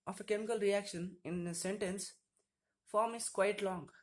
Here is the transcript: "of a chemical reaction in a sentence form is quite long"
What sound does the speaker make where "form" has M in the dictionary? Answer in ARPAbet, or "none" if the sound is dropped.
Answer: M